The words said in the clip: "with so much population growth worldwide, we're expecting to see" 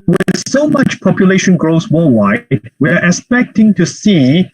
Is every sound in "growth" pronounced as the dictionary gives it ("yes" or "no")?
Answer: no